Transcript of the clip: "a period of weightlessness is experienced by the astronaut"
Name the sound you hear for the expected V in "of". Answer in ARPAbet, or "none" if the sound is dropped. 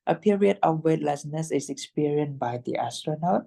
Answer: F